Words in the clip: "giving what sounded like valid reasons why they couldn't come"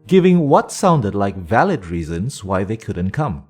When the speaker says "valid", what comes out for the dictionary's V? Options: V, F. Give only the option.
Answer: V